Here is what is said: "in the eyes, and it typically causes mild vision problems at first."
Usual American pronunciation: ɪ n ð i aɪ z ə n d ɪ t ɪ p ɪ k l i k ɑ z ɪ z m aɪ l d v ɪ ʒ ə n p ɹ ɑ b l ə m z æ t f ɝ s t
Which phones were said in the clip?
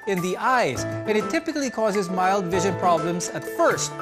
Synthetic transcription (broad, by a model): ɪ n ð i aɪ z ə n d ɪ t ɪ p ɪ k l i k ɑ z ɪ z m aɪ l d v ɪ ʒ ə n p ɹ ɑ b l ə m z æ t f ɝ s t